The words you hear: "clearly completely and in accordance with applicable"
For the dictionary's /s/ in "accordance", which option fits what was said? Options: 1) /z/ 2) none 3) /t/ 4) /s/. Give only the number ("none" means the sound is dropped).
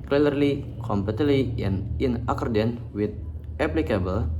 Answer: 2